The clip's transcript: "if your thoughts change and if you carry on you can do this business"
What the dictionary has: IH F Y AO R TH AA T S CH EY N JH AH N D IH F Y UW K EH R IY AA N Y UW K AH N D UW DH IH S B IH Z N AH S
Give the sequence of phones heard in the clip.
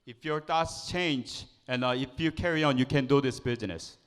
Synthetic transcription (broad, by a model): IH F Y AO R T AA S CH EY N JH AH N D IH F Y UW K EH R IY AA N Y UW K AH N D UW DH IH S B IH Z N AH S